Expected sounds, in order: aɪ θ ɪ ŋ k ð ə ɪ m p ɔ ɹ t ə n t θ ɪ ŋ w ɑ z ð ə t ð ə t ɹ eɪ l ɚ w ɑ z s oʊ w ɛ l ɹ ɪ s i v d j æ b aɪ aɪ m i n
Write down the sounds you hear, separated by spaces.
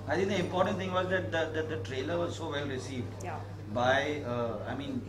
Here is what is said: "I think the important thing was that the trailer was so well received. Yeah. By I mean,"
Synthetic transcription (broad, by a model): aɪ t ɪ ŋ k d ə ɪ m p ɔ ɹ t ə n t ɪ ŋ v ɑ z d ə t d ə t ɹ eɪ l ɚ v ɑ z s oʊ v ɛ l ɹ ɪ s i v d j b aɪ aɪ m i n